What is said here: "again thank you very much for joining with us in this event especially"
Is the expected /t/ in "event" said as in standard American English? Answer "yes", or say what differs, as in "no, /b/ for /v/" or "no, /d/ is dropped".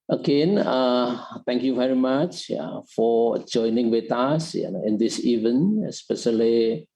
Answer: no, /t/ is dropped